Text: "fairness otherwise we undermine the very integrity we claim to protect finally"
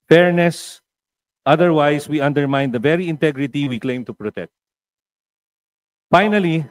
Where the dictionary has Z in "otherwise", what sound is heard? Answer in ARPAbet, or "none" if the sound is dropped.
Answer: S